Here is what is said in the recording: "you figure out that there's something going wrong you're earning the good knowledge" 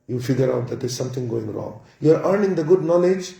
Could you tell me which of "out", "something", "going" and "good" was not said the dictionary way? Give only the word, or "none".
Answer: something